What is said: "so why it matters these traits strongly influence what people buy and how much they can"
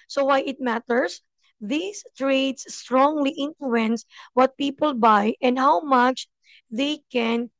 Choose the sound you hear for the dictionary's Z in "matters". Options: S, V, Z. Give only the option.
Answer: S